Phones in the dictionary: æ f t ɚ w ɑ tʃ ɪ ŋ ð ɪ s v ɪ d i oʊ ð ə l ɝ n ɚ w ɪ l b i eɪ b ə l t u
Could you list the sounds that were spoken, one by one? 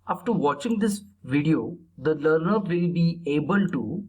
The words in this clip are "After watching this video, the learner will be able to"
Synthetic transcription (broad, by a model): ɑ f t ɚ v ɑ tʃ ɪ ŋ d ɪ s v ɪ d i oʊ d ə l ɝ n ɚ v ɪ l b i eɪ b ə l t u